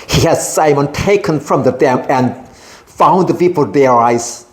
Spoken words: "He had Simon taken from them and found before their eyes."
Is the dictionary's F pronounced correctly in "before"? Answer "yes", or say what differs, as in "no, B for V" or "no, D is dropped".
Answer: no, P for F